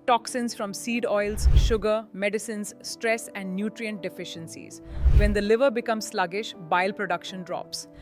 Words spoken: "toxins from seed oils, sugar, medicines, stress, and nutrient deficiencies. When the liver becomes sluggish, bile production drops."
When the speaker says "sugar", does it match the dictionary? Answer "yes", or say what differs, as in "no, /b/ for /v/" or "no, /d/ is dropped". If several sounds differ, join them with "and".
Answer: yes